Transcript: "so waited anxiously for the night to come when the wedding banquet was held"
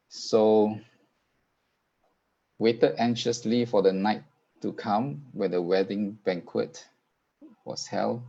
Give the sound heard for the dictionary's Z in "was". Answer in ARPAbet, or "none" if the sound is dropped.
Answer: S